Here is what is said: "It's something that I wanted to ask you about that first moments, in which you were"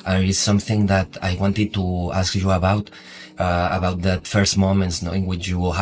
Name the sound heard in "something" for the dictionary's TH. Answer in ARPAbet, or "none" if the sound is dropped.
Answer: TH